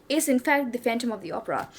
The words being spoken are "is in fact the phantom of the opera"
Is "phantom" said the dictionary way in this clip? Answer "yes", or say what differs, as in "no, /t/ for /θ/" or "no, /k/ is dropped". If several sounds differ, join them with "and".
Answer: yes